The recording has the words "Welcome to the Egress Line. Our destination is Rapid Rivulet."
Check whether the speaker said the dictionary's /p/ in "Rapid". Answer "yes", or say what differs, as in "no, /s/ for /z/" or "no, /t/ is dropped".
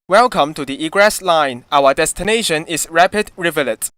yes